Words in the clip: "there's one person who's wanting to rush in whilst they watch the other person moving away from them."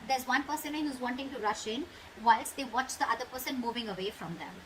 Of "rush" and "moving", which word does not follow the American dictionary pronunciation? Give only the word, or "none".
none